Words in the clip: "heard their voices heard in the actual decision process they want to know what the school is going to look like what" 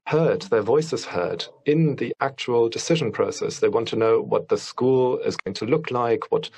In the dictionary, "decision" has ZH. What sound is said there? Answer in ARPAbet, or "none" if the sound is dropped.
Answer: ZH